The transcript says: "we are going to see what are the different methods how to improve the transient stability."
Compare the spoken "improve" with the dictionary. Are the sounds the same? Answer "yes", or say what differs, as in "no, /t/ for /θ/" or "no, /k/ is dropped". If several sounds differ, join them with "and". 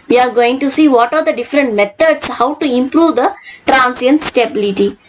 yes